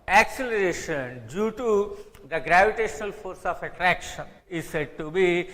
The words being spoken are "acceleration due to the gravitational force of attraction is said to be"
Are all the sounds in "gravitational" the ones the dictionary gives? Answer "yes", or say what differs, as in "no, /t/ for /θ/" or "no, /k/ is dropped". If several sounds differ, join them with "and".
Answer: yes